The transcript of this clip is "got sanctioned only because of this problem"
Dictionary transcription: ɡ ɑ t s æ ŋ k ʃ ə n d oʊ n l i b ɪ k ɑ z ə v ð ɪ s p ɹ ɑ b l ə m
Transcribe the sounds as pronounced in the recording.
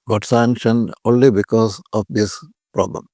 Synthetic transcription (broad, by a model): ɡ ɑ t s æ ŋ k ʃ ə n oʊ n l i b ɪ k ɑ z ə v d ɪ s p ɹ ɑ b l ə m